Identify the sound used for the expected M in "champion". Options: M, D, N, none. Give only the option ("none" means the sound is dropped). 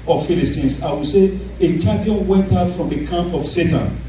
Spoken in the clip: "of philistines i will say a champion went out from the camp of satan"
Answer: none